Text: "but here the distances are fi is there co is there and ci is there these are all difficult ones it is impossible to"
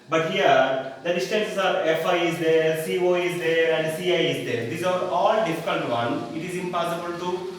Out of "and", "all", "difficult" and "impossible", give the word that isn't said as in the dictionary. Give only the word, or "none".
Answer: difficult